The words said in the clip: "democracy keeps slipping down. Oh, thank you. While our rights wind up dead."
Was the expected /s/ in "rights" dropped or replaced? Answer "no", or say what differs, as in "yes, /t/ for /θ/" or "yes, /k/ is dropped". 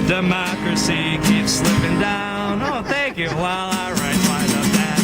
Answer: yes, /s/ is dropped